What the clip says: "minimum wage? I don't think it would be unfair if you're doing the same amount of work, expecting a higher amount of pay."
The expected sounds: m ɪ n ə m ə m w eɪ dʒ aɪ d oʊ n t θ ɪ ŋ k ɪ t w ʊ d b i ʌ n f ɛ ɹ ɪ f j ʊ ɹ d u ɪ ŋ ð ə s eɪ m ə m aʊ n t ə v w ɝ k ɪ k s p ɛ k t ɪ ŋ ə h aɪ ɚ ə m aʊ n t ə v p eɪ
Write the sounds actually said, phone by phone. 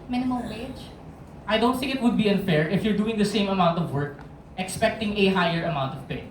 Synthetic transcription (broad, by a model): m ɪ n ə m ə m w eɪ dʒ aɪ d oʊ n t θ ɪ ŋ k ɪ t w ʊ d b i ʌ n f ɛ ɹ ɪ f j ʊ ɹ d u ɪ ŋ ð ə s eɪ m ə m aʊ n t ə v w ɝ k ɪ k s p ɛ k t ɪ ŋ ə h aɪ ɚ ə m aʊ n t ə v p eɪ